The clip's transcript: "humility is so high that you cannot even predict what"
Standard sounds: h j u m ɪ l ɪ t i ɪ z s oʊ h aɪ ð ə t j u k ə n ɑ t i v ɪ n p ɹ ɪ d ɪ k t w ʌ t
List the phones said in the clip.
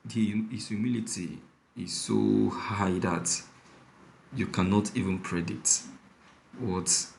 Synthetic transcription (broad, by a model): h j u m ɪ l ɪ t i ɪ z s oʊ h aɪ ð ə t j u k ə n ɑ t i v ɪ n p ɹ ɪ d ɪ t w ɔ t